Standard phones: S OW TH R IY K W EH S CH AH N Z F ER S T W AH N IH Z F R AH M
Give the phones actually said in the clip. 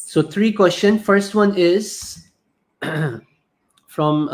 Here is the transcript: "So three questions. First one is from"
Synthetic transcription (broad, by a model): S OW T R IY K W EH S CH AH N F ER S T W AH N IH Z F R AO M